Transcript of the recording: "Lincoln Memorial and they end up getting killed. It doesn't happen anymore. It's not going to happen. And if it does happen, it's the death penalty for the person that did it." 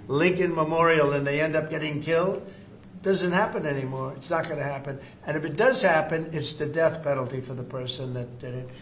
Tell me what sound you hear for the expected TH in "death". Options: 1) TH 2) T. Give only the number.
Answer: 1